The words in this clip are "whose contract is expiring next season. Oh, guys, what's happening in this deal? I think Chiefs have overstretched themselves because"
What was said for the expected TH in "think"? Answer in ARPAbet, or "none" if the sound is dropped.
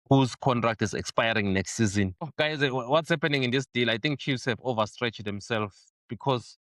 T